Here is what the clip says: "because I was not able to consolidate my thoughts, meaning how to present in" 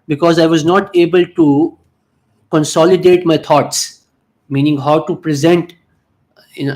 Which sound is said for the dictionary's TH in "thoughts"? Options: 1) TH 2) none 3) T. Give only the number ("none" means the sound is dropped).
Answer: 3